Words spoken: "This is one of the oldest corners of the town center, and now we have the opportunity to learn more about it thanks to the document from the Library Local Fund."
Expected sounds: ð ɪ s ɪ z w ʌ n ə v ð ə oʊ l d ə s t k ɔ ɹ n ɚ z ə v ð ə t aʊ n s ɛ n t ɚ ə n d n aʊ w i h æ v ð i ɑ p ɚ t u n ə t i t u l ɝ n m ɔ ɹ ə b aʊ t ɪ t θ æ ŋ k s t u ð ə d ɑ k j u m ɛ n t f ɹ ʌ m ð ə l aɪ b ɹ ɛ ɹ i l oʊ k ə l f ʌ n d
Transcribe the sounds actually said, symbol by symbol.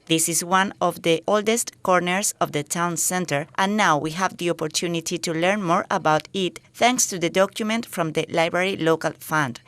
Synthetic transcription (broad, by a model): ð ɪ s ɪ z w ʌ n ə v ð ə oʊ l d ə s t k ɔ ɹ n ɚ s ə v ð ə t aʊ n s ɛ n t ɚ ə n n aʊ w i h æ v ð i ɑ p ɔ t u n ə t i t u l ɝ n m ɔ ɹ ə b aʊ t ɪ t θ æ ŋ k s t u ð ə d ɑ k j u m ɛ n t f ɹ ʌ m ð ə l aɪ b ɹ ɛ ɹ i l oʊ k ə l f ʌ n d